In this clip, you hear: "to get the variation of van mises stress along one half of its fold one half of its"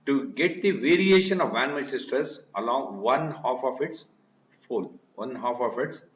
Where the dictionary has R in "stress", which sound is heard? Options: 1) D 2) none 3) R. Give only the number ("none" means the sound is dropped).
2